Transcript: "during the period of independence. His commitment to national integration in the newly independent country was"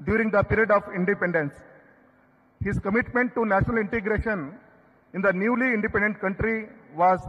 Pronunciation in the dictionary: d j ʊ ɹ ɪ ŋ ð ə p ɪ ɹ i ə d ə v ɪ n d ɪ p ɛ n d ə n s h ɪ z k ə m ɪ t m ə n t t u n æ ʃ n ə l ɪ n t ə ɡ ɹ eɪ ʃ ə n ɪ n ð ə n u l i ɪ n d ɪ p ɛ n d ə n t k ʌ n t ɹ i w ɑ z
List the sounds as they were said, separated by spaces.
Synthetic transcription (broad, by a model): d j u ɹ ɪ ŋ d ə p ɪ ɹ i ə d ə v ɪ n d ɪ p ɛ n d ə n s h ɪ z k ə m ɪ t m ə n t t u n æ ʃ n ə l ɪ n t ə ɡ ɹ eɪ ʃ ə n ɪ n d ə n u l i ɪ n d ɪ p ɛ n d ə n t k ʌ n t ɹ i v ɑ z